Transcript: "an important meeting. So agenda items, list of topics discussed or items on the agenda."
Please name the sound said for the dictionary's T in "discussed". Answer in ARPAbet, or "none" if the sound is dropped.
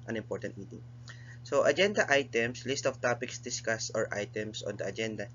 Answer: none